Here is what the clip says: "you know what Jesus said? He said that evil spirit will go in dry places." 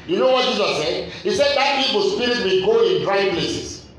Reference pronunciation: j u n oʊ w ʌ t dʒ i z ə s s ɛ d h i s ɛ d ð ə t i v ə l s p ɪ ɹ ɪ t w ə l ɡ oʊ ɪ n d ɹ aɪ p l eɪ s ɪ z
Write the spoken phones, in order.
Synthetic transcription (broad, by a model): j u n oʊ w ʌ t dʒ i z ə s s ɛ d h i s ɛ d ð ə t i p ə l s p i ɹ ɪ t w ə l ɡ oʊ ɪ n d ɹ aɪ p l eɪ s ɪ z